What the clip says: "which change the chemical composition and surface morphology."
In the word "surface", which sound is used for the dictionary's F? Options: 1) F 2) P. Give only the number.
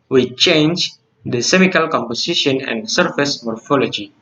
1